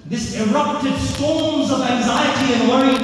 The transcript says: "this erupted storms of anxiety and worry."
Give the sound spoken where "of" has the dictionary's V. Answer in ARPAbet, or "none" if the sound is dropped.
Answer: V